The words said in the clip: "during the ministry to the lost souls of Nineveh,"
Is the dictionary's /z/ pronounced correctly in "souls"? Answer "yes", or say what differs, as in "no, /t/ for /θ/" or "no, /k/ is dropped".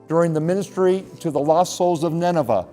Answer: yes